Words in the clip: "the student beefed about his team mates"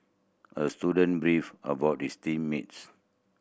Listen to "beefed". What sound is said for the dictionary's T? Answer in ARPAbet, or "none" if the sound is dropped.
none